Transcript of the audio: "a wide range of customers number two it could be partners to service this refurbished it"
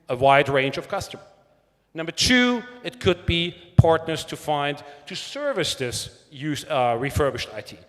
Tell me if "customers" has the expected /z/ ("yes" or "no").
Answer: no